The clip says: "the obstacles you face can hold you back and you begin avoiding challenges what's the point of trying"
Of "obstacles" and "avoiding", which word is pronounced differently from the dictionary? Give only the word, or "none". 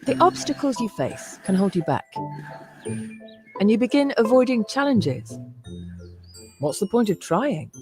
none